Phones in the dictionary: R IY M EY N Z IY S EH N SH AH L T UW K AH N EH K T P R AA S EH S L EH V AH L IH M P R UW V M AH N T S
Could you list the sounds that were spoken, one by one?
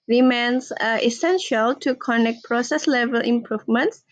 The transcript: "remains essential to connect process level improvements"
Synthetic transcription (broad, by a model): R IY M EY N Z IY S EH N SH AH L T UW K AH N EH K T P R AA S EH S L EH V AH L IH M P R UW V M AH N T S